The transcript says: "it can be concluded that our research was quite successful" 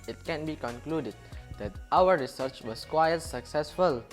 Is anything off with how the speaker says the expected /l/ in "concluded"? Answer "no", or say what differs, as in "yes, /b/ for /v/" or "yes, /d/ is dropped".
no